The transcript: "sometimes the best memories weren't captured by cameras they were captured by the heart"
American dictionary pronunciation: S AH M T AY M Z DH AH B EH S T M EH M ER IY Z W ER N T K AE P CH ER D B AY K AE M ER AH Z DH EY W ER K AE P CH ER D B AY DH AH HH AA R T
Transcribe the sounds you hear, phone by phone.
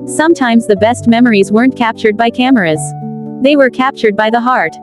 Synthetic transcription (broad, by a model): S AH M T AY M Z DH AH B EH S T M EH M ER IY Z W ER N K AE P CH ER D B AY K AE M ER AH Z DH EY W ER K AE P CH ER D B AY DH AH HH AA R T